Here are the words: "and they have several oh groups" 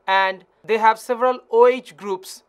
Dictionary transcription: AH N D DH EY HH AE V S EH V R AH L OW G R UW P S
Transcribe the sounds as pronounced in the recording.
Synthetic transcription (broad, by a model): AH N D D EY HH AE V S EH V R AH L OW G R UW P S